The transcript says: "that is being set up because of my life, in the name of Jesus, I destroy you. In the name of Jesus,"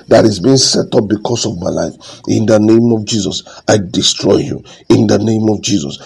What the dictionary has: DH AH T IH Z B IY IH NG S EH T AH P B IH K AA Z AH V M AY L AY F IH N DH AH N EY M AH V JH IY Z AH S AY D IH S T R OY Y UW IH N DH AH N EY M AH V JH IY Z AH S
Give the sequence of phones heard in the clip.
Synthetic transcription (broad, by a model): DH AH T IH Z B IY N S EH T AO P B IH K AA S AH V M AY L AY F IH N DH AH N EY M AH V JH IY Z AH S AY D IH S T R OY Y UW IH N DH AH N EY M AH V JH IY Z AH S